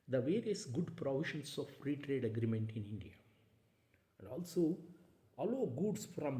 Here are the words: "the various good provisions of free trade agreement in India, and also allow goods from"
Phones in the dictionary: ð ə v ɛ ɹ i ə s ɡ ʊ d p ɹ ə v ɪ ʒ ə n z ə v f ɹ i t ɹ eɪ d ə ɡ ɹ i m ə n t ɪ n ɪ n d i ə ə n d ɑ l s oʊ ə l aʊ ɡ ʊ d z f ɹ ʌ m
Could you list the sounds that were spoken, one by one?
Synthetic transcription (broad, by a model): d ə v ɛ ɹ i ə s ɡ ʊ d p ɹ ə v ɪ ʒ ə n s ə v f ɹ i t ɹ eɪ d ə ɡ ɹ i m ə n t ɪ n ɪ n d i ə ə n d ɑ l s oʊ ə l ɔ ɡ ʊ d s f ɹ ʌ m